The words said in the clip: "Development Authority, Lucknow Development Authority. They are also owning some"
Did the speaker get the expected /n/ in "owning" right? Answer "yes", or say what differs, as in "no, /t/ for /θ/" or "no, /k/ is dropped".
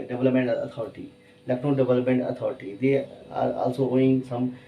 no, /n/ is dropped